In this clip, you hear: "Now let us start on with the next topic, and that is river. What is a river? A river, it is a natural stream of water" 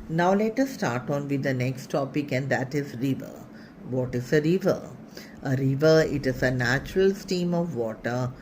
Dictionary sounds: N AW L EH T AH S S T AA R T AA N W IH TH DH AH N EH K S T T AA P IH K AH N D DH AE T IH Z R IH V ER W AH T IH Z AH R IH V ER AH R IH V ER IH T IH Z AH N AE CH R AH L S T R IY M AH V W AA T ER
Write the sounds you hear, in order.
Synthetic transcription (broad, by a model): N AW L EH T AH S S T AA R T AA N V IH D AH N EH K S T T AA P IH K AH N D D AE T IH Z R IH V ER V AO T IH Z AH R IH V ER AH R IH V ER IH T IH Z AH N AE CH R AH L S T IY M AH V AA T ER